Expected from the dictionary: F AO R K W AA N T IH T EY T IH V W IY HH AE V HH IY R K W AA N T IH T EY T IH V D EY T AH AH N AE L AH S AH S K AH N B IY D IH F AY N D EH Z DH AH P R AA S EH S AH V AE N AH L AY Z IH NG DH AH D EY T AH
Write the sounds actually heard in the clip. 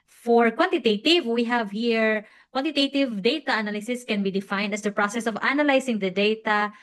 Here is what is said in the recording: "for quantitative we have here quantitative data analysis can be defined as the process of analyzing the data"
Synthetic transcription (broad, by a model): F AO R K W AA N T IH T EY T IH V W IY HH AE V HH IY R K W AA N T IH T EY T IH V D EY T AH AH N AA L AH S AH S K AH N B IY D IH F AY N D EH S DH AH P R AA S EH S AH V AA N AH L AY S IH NG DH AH D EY T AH